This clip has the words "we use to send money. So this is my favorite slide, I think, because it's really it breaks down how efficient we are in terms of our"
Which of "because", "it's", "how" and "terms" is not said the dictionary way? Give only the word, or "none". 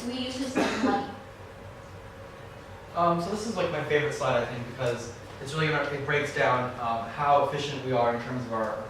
none